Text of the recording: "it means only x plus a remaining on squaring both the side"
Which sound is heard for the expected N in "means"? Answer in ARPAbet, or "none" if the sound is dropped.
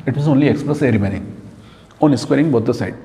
none